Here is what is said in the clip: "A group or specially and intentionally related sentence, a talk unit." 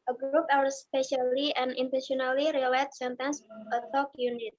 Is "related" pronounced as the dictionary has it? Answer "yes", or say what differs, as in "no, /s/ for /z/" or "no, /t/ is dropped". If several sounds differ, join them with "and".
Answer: no, /l/ is dropped